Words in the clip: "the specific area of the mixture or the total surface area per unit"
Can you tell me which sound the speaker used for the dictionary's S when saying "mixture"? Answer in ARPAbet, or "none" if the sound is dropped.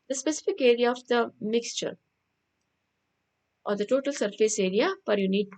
S